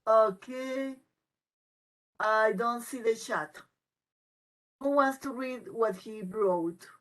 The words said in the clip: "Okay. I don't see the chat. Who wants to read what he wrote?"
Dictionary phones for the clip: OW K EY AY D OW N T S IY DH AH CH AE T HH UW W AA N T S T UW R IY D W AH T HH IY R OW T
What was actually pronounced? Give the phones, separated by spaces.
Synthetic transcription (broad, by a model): OW K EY AY D OW N T S IY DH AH SH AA T HH UW W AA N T S T UW R IY D W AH T HH IY R OW T